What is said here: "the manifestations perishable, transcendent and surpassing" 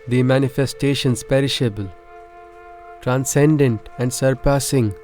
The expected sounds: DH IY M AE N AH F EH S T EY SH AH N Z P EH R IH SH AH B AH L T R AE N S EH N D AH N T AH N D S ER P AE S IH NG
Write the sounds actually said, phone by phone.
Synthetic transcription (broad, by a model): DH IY M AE N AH F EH S T EY SH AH N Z P EH R IH SH AH B AH L T R AE N S EH N D AH N T AH N D S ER P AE S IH NG